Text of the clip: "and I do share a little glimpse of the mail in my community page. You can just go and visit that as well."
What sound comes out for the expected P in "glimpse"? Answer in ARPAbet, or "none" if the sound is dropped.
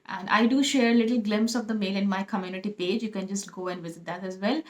P